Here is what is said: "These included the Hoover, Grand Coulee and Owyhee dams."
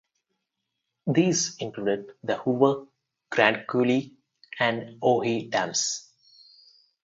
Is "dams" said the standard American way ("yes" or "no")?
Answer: no